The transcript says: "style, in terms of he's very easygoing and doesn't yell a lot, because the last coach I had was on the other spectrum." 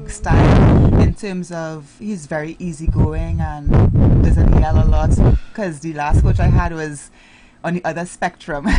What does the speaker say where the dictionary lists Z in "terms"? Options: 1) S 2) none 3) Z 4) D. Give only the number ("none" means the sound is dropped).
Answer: 3